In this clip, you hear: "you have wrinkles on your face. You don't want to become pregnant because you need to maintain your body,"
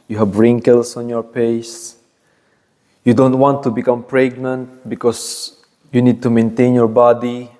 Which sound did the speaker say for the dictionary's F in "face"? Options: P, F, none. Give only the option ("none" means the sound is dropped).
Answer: P